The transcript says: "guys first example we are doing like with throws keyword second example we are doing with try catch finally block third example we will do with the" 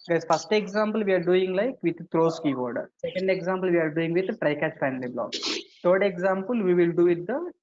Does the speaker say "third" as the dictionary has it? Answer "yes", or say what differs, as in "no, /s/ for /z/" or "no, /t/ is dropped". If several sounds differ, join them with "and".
no, /t/ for /θ/